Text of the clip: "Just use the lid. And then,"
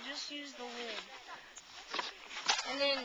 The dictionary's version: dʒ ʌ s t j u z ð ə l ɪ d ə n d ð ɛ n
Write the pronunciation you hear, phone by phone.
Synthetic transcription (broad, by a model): dʒ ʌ s t j u z ð ə w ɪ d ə n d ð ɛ n